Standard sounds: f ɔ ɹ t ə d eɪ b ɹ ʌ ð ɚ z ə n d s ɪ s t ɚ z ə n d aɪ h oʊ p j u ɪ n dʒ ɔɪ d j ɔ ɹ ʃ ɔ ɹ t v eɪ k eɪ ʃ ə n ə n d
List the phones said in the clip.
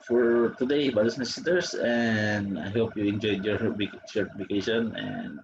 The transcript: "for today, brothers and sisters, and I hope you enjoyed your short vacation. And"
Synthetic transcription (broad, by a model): f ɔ ɹ t ə d eɪ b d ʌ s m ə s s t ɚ s ə n d aɪ h oʊ p j u ɪ n dʒ ɔɪ d j ɔ ɹ s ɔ ɹ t f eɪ k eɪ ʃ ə n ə n d